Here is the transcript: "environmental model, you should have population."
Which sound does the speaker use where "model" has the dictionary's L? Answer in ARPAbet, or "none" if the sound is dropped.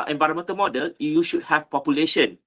L